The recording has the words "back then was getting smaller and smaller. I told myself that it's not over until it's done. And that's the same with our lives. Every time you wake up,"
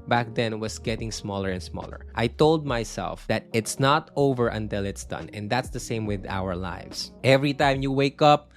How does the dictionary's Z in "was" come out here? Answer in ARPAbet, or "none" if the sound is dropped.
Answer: S